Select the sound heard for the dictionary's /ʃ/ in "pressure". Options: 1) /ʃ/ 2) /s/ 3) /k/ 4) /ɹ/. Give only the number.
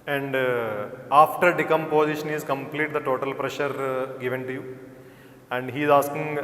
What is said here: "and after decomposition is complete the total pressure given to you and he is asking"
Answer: 1